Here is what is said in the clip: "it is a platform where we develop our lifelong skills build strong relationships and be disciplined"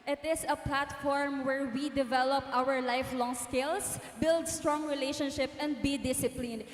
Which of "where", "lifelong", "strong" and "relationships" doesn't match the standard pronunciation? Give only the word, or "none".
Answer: relationships